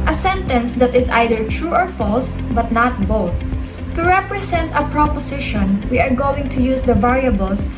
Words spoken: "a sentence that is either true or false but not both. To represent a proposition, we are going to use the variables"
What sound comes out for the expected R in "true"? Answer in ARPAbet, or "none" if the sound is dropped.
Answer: R